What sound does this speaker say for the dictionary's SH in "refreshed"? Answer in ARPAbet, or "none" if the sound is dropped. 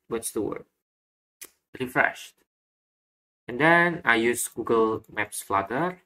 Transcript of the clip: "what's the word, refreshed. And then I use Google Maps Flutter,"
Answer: SH